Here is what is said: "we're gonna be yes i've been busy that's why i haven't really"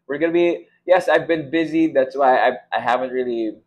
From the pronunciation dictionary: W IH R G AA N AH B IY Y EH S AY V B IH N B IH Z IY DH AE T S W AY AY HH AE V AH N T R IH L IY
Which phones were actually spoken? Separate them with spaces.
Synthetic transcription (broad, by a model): W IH R G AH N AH B IY Y EH S AY V B IH N B IH Z IY DH AE T S W AY AY HH AE V AH N T R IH L IY